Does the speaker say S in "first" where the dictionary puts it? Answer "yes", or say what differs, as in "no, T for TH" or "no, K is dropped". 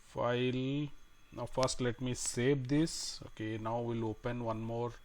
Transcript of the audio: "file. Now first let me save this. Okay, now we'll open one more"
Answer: yes